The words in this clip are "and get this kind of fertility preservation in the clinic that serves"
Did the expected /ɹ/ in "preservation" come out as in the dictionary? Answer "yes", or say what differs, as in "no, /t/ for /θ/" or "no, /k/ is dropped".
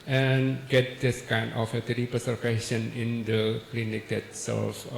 no, /ɹ/ is dropped